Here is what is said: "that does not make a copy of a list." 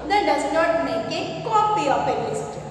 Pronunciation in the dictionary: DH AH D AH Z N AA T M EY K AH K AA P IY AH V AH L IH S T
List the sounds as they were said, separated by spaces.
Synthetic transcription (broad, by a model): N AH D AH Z N AA T M EY K AH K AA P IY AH P AH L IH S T